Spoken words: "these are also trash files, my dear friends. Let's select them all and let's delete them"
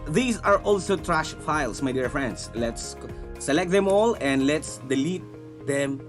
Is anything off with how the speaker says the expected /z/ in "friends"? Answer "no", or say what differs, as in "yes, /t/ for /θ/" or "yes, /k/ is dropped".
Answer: yes, /s/ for /z/